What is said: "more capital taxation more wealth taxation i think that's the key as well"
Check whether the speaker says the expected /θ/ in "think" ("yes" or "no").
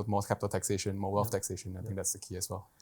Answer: no